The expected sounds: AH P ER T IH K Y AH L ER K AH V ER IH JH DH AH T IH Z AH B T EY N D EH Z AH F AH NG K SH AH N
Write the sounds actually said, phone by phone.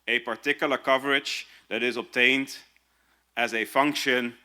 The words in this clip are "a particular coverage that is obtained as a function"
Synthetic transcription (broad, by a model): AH P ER T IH K Y L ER K AH V ER IH JH DH AH T IH Z AH B T EY N D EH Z AH F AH NG K SH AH N